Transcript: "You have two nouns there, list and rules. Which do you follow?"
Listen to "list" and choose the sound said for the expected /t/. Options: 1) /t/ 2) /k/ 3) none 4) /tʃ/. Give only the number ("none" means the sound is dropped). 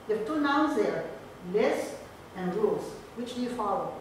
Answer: 3